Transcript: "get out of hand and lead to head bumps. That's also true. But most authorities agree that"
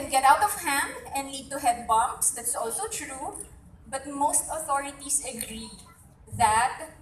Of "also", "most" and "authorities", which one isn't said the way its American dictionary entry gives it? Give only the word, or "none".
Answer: authorities